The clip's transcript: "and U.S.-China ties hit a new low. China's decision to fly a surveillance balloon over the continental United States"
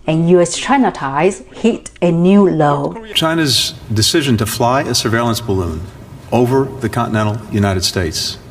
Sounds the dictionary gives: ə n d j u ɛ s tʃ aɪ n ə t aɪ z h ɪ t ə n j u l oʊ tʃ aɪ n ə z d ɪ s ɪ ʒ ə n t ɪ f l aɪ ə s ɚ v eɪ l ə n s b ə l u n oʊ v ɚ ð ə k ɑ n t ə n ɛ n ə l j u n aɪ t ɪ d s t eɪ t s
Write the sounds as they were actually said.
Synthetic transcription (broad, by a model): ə n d j u ɛ s tʃ aɪ n ə t aɪ z h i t ə n j u l oʊ tʃ aɪ n ə z d ɪ s ɪ ʒ ə n t ɪ f l aɪ ə s ɚ v eɪ l ə n s b ə l u n oʊ v ɚ ð ə k ɑ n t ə n ɛ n l j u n aɪ t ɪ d s t eɪ t s